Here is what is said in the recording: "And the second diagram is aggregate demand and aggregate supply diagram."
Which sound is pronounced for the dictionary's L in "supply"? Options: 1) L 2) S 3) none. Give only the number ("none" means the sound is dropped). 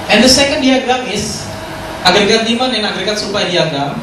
3